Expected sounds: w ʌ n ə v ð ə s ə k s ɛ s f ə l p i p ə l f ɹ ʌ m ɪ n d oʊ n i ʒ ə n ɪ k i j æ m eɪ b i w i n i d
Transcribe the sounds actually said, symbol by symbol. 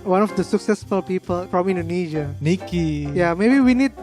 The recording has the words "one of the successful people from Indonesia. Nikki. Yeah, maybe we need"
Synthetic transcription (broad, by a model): w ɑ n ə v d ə s ə k s ɛ s f ə l p i p ə l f ɹ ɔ m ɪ n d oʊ n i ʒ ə n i k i j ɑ m eɪ b i w i n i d